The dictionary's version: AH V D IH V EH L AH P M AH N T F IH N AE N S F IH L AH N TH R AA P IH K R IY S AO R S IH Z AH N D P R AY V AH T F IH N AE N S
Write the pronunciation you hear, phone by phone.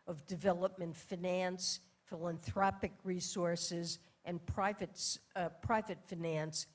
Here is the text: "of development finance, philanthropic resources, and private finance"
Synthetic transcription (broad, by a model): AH V D IH V EH L AH P M AH N T F IH N AE N S F IH L AH N TH R AA P IH K R IY S AO R S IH Z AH N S P R AY V AH T F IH N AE N S